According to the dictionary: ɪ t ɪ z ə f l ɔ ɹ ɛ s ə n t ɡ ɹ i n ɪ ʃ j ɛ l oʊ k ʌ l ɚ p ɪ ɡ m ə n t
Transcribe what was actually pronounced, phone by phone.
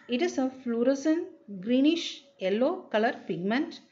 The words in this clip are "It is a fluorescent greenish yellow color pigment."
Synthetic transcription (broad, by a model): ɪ t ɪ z ə f l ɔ ɹ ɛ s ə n ɡ ɹ i n ɪ ʃ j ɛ l oʊ k ʌ l ɚ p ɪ ɡ m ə n t